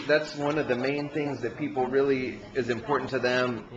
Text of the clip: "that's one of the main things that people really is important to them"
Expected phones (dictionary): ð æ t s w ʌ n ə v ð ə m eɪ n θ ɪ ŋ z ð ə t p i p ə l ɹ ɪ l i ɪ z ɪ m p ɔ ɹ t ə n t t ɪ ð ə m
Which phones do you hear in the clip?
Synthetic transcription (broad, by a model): ð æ t s w ʌ n ə v ð ə m eɪ n θ ɪ ŋ z ð ə t p i p l ɹ ɪ l i ɪ z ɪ m p ɔ ɹ t n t t ɪ ð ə m